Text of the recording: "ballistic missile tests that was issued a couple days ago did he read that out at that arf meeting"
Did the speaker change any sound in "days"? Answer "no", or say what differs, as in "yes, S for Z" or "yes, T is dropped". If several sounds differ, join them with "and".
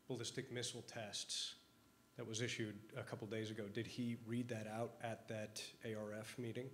no